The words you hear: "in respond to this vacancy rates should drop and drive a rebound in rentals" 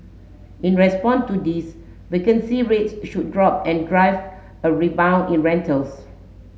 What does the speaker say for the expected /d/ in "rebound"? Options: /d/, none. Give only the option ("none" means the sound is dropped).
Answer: none